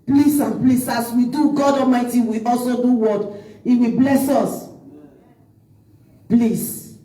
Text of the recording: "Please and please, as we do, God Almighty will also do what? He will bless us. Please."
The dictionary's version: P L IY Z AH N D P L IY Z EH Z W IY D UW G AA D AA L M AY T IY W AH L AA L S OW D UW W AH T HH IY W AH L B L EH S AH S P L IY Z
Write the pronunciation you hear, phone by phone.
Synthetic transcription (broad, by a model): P L IY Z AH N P L IY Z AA S W IY D UW G AA D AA M AY T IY W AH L AA L S OW D UW W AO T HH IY W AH B L EH S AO S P L IY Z